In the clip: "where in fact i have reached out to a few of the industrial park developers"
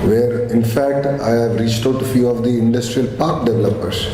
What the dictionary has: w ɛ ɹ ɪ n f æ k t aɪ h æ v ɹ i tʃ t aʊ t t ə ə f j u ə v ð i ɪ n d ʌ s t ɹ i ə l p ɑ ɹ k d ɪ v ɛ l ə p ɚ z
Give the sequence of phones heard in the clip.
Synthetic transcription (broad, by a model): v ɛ ɹ ɪ n f æ k t aɪ h æ v ɹ i tʃ t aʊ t t f j u ə v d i ɪ n d ʌ s t ɹ i ə l p ɑ ɹ k d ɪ v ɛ l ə p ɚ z